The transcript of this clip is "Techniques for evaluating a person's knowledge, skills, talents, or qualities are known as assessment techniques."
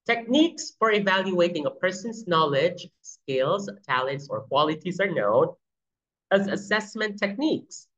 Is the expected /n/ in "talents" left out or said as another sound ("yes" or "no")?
no